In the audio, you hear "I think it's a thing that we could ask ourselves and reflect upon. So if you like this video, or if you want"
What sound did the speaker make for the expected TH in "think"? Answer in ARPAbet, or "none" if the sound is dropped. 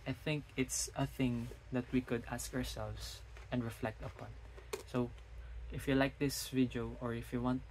TH